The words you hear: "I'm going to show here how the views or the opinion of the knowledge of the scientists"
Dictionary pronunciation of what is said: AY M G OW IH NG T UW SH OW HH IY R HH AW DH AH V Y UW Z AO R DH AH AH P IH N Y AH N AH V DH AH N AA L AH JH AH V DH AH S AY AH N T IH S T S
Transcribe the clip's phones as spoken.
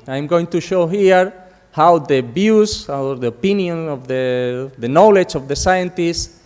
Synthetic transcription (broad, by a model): AY M G OW IH NG T UW SH OW HH IY R HH AW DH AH B Y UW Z AO R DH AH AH P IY N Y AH N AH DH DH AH N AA L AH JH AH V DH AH S AY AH N T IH S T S